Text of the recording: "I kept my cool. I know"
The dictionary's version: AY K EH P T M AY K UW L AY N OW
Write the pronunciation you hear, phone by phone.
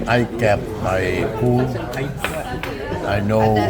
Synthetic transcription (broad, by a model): AY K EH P M AY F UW N AY N OW